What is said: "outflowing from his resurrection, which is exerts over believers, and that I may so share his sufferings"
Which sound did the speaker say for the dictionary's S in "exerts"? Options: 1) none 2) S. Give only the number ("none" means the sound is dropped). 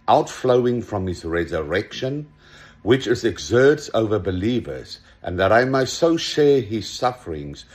2